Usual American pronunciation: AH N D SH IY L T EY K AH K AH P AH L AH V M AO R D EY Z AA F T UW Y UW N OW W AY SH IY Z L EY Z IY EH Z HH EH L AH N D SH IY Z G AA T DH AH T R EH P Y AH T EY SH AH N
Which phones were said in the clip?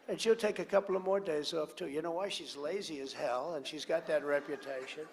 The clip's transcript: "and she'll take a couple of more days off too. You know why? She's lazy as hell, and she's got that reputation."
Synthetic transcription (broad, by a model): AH N SH IY L T EY K AH K AH P L AH V M AO R D EY Z AA F T UW Y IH N OW W AY SH IY Z L EY Z IY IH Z HH EH L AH N SH IY Z G AA T DH AH T R EH P Y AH T EY SH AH N